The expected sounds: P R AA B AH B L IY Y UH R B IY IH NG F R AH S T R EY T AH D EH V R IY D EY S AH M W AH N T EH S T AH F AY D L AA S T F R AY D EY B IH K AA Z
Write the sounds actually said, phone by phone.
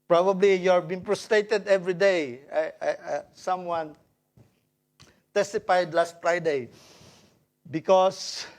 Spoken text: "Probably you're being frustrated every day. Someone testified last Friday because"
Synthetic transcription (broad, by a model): P R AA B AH B L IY Y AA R B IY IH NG P R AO S T R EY T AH D EH V R IY D EY S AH M W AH N T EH S T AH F AY D L AA S T F R AY D EY B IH K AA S